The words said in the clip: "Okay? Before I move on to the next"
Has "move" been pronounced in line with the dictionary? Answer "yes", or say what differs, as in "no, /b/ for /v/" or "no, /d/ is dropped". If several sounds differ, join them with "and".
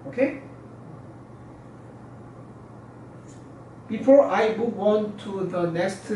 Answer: no, /w/ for /v/